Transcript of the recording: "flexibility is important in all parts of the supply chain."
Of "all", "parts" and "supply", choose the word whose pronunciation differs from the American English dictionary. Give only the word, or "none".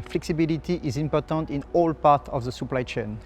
parts